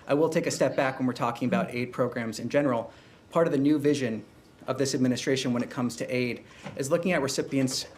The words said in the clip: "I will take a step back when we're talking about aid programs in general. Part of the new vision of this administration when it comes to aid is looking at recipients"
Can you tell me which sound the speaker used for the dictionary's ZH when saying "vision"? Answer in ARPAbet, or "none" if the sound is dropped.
ZH